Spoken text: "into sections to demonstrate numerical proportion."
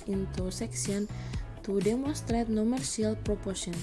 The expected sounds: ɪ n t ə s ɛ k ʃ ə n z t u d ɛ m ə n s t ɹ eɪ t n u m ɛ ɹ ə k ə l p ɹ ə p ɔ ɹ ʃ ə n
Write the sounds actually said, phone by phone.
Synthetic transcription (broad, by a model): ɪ n t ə s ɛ k s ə n t u d ɛ m ə n s t ɹ eɪ t n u m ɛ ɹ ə ə l p ɹ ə p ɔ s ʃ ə n